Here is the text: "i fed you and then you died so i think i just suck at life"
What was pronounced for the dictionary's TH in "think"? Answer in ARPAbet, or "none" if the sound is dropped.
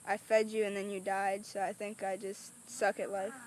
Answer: TH